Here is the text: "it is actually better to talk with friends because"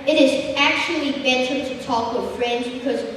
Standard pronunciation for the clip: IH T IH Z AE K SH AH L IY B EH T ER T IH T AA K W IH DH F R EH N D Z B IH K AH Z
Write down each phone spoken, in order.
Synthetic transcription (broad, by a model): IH T IH Z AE K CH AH L IY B EH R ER T IH T AA K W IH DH F R EH N D Z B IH K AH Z